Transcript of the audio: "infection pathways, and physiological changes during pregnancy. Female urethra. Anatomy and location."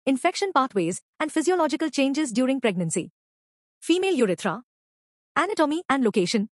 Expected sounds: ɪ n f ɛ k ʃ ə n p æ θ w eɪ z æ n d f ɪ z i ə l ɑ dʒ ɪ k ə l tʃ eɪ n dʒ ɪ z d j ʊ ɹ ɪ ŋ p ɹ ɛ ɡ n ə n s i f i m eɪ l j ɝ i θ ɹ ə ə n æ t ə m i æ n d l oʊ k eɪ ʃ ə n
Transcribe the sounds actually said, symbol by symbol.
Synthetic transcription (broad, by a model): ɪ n f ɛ k ʃ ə n p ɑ t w eɪ z æ n d f ɪ z i ə l ɑ dʒ ɪ k ə l tʃ eɪ n dʒ ɪ z d j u ɹ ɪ ŋ p ɹ ɛ ɡ n ə n s i f i m eɪ l j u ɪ t ɹ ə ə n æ t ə m i æ n d l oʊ k eɪ ʃ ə n